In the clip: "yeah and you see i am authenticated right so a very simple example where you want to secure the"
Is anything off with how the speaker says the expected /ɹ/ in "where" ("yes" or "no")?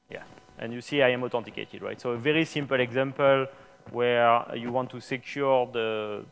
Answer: no